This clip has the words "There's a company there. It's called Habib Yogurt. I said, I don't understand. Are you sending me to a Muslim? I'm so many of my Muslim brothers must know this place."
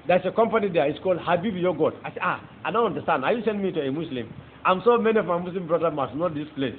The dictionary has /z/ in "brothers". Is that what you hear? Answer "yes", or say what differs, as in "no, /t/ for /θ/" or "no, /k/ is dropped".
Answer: no, /z/ is dropped